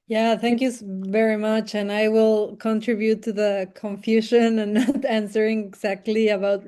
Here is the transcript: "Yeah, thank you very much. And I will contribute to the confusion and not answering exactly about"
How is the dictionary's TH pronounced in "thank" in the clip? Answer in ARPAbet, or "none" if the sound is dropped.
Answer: TH